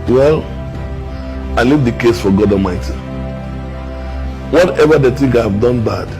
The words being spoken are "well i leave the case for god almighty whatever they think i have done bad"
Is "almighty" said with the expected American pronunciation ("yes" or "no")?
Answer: no